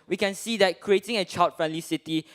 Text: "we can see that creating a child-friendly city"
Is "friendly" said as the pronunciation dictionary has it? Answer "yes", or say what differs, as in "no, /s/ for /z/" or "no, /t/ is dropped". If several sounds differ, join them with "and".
yes